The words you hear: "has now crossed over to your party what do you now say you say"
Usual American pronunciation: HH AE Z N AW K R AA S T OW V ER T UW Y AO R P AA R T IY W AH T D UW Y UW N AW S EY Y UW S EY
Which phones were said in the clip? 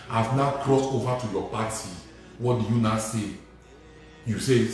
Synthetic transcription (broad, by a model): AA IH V N AW K R AA S T OW V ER T UW Y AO P AA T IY W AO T D UW Y UW N AW S EY Y UW S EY